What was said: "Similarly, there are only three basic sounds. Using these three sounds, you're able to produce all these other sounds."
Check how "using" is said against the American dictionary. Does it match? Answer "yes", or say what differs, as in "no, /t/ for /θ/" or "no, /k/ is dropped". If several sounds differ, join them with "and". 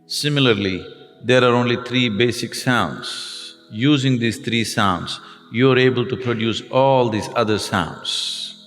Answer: yes